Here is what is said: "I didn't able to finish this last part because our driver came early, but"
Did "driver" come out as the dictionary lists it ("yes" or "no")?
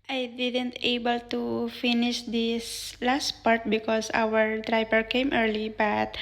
no